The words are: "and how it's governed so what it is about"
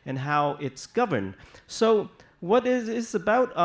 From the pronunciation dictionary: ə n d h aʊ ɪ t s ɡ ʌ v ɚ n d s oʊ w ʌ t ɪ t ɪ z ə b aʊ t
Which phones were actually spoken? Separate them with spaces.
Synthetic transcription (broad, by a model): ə n h aʊ ɪ t s ɡ ʌ v ɚ n d s oʊ w ʌ t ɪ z ɪ z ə b aʊ t